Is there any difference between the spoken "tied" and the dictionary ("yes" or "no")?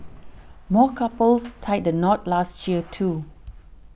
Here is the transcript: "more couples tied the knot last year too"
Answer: no